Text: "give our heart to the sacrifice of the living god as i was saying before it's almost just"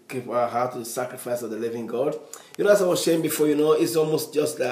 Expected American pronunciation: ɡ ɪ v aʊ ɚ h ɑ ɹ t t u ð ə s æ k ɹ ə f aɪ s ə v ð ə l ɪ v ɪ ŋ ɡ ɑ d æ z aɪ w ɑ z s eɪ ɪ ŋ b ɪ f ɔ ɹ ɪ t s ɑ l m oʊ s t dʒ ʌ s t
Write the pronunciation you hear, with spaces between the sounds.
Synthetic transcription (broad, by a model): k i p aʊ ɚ h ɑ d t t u ð ə s æ k ɹ ə f aɪ s ə v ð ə l ɪ v ɪ ŋ ɡ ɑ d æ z aɪ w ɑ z ʃ eɪ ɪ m b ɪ f ɔ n ɪ t s ɑ l m oʊ s t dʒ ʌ s t